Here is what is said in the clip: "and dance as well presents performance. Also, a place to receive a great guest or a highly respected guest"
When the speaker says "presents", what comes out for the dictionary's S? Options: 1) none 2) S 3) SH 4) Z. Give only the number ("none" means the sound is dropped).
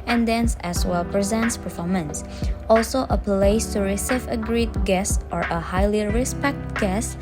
2